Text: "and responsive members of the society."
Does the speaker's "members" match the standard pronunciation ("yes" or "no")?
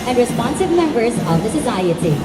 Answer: yes